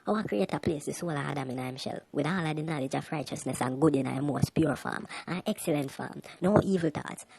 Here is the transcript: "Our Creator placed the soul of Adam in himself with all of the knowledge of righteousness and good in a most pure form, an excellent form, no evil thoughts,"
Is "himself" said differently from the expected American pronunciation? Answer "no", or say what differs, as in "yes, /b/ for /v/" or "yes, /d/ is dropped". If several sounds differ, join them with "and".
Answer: yes, /ʃ/ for /s/